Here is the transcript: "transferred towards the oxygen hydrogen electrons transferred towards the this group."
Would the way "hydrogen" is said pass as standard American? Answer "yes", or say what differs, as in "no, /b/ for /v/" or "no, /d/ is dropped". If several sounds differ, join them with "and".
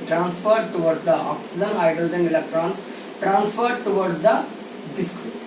no, /ɹ/ is dropped